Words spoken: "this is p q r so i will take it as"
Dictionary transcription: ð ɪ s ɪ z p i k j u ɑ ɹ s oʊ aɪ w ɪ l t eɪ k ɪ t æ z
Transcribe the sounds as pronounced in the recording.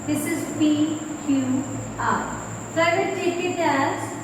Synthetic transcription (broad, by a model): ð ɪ s ɪ z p i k j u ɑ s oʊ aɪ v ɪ n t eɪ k ɪ t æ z